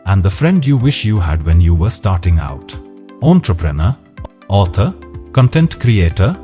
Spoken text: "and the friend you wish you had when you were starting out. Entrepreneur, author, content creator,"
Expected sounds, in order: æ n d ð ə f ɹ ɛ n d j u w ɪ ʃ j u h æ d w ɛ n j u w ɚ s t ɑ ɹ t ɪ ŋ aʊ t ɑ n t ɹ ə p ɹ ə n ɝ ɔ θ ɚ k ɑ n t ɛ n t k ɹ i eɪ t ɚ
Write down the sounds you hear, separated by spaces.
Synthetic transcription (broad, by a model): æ n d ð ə f ɹ ɛ n d j u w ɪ ʃ j u h æ d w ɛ n j u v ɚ s t ɑ ɹ t ɪ ŋ aʊ t ɑ n t ɹ ə p ɹ ə n ɝ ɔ t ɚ k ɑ n t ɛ n t k ɹ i eɪ t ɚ